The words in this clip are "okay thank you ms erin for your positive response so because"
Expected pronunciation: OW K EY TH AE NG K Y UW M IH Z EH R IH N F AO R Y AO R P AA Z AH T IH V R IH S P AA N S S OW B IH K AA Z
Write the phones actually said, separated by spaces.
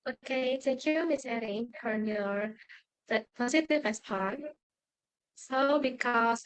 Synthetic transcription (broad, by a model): OW K EY T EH K Y UW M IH S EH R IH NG F AO R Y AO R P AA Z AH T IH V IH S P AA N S S OW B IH K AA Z